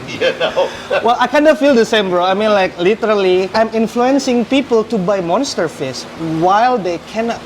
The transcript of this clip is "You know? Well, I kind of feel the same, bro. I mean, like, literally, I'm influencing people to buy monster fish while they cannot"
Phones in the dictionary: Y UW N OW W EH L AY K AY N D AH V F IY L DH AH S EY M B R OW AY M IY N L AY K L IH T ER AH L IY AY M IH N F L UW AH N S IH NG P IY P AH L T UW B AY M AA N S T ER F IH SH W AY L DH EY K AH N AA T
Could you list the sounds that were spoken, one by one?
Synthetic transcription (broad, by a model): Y N OW W EH L AY K AY N D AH F IY L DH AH S EY M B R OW AY M IY N L AY K L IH T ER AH L IY AY M IH N F L UW AH N S IH NG P IY P AH L T UW B AY M AA N S T ER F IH S W AY L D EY K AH N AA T